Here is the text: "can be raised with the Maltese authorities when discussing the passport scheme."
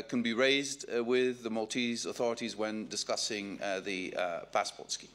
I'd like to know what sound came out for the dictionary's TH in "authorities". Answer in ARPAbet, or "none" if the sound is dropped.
TH